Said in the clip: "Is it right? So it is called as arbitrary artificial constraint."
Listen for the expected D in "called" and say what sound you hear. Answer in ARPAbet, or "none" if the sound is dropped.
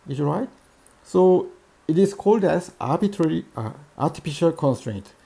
D